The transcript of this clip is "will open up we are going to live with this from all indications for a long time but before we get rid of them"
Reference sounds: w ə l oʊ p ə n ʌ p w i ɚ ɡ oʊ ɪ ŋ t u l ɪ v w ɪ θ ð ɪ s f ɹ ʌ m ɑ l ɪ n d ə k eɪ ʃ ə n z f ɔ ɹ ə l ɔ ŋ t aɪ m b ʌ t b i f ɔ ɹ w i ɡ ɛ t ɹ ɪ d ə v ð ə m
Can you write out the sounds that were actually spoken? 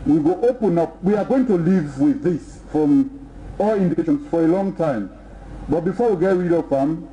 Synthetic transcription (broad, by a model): w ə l oʊ p ə n ʌ p w i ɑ ɡ oʊ ɪ ŋ t u l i v w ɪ ð ɪ s f ɹ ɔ m ɑ l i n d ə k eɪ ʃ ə n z f ɔ ɹ ə l ɔ ŋ t aɪ m b ʌ t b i f ɔ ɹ w i ɡ ɛ t ɹ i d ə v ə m